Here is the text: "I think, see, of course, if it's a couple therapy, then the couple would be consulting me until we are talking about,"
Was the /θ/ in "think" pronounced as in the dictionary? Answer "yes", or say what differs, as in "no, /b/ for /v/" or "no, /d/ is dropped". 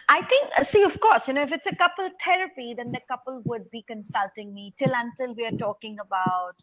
no, /t/ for /θ/